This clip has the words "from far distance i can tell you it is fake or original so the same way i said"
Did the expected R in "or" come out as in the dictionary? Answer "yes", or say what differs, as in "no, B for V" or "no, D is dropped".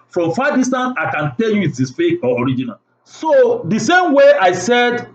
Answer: yes